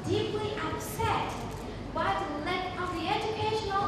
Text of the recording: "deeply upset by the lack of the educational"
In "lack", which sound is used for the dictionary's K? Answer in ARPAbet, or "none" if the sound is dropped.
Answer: none